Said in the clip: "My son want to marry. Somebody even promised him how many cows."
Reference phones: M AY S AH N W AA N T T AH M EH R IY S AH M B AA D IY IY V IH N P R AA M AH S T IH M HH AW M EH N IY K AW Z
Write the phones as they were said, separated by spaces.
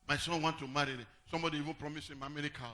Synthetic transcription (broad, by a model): M AY S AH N W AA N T T AH M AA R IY S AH M B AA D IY IY V IH N P R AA M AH S IH M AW M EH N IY K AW